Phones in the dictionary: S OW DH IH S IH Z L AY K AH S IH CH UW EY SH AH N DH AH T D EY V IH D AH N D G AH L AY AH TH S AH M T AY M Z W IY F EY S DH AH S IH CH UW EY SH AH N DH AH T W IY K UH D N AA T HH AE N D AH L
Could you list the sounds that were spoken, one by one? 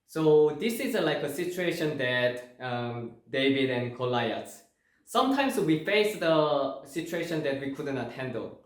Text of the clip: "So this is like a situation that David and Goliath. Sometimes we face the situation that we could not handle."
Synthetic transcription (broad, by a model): S OW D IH S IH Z L AY K AH S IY CH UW EY SH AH N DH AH T D EY V IH D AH N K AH L AY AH S S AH M T AY M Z W IY F EY S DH AH S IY CH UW EY SH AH N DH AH T W IY K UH D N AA T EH N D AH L